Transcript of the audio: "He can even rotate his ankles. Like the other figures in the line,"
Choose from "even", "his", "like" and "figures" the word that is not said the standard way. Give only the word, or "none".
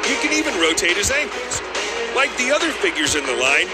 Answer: none